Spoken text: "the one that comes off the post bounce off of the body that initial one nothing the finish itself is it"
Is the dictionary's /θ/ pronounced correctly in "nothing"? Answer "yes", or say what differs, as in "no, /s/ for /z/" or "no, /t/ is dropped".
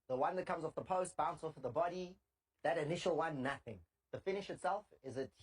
yes